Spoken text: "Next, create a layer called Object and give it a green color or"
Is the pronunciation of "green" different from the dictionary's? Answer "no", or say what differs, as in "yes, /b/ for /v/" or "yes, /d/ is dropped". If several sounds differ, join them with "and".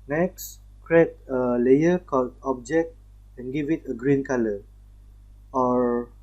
no